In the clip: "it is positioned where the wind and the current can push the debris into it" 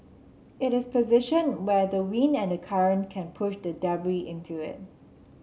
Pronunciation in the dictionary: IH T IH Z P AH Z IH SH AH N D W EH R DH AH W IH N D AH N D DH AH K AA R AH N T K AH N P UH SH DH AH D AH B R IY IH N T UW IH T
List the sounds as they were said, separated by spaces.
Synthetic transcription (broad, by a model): IH T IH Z P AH Z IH SH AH N W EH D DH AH W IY N AH N D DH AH K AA R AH N K AH N P UH SH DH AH D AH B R IY IH N T UW IH T